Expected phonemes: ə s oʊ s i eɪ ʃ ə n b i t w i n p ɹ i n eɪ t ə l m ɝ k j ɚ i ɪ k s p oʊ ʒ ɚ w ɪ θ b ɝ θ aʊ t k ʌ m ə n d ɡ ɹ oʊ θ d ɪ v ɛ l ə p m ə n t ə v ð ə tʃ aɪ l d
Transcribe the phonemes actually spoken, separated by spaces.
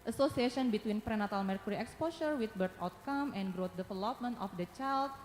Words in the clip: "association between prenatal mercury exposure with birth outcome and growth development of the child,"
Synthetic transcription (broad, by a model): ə s oʊ s i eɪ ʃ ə n b i t w i n p ɹ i n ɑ t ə l m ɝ k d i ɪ k s p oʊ s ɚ w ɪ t b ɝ t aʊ t k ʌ m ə n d ɡ ɹ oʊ t d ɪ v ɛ l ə p m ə n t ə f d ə tʃ aɪ l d